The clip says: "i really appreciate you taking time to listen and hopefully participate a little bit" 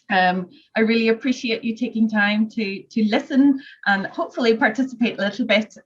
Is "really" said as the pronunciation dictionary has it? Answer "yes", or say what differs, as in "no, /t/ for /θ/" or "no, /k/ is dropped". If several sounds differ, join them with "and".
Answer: yes